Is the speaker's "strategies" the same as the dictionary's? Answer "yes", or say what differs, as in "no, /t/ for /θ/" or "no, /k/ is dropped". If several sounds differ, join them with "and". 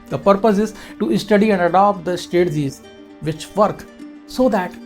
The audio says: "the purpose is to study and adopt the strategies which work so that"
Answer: no, /ɹ/ is dropped